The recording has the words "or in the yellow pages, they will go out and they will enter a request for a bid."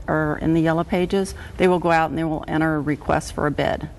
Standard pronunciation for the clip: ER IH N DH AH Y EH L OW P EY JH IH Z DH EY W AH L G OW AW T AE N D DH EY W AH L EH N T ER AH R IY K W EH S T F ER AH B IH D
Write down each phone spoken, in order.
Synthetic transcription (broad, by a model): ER IH N DH AH Y EH L OW P EY JH IH Z DH EY W AH L G OW AW T N DH EY W AH L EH T ER AH R IY K W EH S T F ER AH B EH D